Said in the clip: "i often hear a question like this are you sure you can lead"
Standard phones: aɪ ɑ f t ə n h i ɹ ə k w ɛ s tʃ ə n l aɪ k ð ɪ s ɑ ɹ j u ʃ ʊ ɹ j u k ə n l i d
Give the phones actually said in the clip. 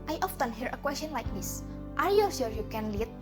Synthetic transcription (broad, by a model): aɪ ɑ f t ə n h i ɹ ə k w ɛ s tʃ ə n l aɪ k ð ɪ s ɑ ɹ j u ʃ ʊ ɹ j u k ə n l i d